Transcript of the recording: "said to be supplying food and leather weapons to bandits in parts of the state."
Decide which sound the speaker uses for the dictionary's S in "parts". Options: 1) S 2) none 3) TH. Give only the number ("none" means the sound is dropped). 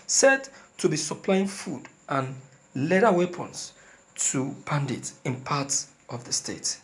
2